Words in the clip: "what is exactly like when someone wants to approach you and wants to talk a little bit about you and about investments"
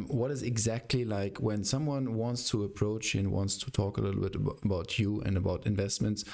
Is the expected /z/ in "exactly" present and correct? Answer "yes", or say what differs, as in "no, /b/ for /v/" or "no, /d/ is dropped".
yes